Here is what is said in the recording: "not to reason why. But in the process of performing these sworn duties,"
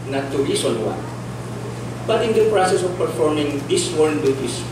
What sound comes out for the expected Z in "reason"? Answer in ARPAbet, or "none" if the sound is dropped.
S